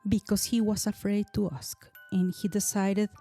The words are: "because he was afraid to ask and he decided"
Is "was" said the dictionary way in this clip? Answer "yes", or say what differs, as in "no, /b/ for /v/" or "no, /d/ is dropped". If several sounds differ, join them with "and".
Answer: no, /s/ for /z/